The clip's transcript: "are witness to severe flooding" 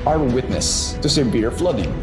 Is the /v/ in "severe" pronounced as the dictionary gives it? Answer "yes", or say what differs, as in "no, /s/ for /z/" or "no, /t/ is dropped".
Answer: no, /b/ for /v/